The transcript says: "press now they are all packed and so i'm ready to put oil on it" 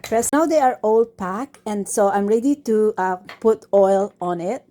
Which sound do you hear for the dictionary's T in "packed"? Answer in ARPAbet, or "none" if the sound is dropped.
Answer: none